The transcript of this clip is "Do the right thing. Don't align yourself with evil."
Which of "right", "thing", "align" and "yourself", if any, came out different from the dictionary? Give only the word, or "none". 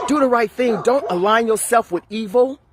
none